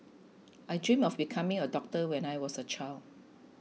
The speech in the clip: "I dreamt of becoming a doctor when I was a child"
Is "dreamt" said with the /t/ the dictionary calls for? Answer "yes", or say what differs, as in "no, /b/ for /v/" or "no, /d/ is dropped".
no, /t/ is dropped